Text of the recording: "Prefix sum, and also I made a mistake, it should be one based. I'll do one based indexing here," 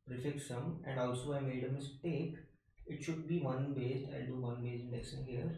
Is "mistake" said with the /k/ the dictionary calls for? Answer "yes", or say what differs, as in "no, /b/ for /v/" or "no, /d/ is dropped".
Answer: yes